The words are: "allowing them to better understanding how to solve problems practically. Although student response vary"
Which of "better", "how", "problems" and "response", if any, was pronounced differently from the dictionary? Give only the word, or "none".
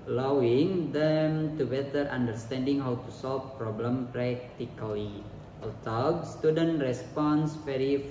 problems